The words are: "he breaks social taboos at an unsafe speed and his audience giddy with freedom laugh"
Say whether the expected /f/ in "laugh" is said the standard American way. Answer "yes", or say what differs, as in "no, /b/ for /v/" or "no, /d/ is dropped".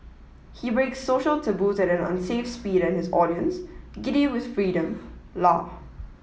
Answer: no, /f/ is dropped